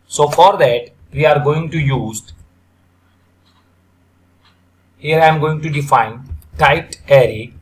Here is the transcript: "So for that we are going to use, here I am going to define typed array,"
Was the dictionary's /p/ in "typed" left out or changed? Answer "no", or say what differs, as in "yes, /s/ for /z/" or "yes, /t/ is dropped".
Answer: yes, /p/ is dropped